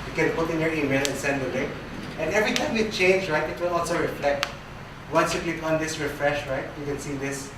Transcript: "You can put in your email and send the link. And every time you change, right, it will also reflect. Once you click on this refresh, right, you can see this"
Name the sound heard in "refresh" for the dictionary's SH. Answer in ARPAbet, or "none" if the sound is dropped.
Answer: SH